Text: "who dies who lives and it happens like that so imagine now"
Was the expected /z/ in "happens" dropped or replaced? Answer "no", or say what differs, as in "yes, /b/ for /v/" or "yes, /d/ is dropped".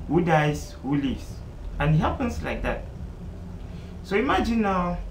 yes, /s/ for /z/